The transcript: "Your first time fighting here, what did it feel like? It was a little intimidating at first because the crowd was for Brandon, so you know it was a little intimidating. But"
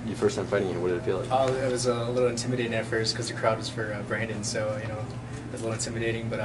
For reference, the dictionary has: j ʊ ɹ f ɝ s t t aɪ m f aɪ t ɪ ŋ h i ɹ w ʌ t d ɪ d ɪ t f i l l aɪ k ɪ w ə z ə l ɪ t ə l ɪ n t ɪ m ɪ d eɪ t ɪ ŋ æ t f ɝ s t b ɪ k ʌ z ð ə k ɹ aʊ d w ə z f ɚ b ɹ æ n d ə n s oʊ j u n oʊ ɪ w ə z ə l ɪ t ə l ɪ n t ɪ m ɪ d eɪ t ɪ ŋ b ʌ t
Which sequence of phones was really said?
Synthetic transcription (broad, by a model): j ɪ f ɝ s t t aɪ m f aɪ t ɪ ŋ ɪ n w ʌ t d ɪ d ɪ t f i l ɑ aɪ ɪ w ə z ə l ɪ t l ɪ n t ɪ m ɪ d eɪ t ɪ ŋ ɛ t f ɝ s k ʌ z ð ə k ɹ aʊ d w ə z f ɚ b ɹ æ n d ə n s oʊ j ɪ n oʊ ɪ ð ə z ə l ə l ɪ n t ɪ m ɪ d eɪ t ɪ ŋ b ʌ t